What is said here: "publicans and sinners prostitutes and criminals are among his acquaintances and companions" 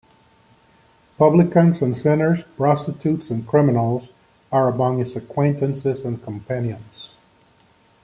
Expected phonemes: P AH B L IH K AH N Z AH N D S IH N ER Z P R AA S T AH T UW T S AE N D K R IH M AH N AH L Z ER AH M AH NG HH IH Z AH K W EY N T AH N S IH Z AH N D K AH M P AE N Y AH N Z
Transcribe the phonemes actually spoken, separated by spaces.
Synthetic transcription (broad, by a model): P AH B L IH K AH N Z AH N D S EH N ER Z P R AA S T AH T UW T S N K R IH M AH N L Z ER AH M AH NG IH S AH K W EY N T AH N S IH Z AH N K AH M P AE N Y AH N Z